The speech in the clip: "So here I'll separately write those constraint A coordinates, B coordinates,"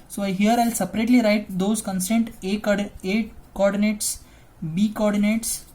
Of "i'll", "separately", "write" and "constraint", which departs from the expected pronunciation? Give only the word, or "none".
constraint